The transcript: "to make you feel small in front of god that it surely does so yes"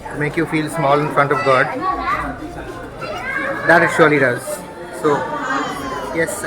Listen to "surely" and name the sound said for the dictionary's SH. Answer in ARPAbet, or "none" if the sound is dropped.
SH